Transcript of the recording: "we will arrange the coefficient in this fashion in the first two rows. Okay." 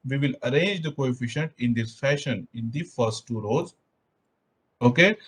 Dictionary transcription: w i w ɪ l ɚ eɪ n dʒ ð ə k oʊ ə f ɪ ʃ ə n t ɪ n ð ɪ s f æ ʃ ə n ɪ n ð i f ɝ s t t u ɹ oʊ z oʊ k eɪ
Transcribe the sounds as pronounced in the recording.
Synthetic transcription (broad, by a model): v i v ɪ l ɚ eɪ n dʒ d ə k oʊ ə f ɪ ʃ ə n t ɪ n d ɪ s f æ ʃ ə n ɪ n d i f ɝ s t t u ɹ oʊ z oʊ k eɪ